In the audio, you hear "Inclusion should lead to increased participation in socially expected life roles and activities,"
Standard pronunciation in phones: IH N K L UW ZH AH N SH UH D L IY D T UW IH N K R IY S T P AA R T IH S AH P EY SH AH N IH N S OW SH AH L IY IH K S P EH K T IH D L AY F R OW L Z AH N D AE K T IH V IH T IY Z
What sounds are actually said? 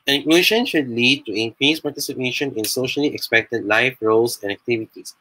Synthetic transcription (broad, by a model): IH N K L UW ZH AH N SH UH D L IY D T UW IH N K R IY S P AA R T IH S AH P EY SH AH N IH N S OW SH AH L IY IH K S P EH K T IH D L AY F R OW L S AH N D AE K T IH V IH T IY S